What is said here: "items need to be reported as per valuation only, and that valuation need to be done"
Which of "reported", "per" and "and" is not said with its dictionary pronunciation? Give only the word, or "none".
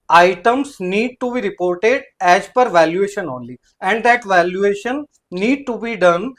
none